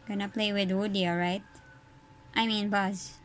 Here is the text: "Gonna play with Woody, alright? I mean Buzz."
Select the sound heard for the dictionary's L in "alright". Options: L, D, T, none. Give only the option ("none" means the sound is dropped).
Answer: none